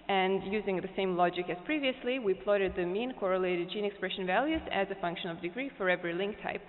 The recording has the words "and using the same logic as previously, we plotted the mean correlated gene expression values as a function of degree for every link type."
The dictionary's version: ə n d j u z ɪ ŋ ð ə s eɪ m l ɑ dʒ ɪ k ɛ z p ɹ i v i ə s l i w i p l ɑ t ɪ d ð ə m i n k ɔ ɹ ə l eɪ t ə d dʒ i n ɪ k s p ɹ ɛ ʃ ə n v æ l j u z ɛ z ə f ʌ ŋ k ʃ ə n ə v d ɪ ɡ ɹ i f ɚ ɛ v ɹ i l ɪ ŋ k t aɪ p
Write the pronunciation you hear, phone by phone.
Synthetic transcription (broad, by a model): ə n j u z ɪ ŋ ð ə s eɪ m l ɑ dʒ ɪ k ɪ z p ɹ i v i ə s l i w i p l ɑ t ɪ d ð ə m i n k ɔ ɹ ə l eɪ t ə d dʒ i n ɪ k s p ɹ ɛ ʃ ə n v æ l j u z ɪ z ə f ʌ ŋ k ʃ ə n ə v d ɪ ɡ ɹ i f ɚ ɛ v ɹ i l ɪ ŋ k t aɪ p